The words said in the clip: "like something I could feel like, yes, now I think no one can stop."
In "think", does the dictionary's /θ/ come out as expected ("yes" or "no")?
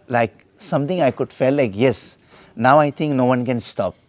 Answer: no